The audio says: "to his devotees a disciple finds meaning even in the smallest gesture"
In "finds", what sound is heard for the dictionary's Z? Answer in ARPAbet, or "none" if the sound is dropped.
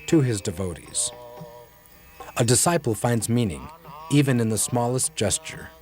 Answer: Z